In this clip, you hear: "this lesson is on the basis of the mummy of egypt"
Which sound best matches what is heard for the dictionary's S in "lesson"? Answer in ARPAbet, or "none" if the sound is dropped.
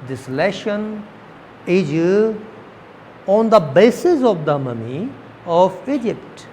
SH